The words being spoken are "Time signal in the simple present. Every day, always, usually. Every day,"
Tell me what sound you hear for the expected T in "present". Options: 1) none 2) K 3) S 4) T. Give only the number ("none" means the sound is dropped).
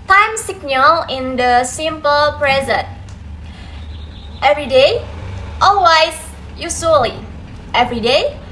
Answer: 4